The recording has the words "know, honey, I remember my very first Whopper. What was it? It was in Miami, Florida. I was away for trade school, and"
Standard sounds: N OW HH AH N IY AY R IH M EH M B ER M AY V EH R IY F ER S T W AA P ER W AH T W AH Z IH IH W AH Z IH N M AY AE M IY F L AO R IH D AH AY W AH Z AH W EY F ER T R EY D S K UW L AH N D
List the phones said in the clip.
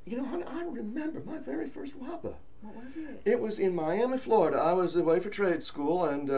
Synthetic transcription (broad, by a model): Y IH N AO IY AY R IH M EH M B ER M AY V EH R IY F ER S T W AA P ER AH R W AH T W AH Z IH N M AY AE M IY F L AO R IH D AH AY W AH Z AH W EY F ER T R EY D S K UW L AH N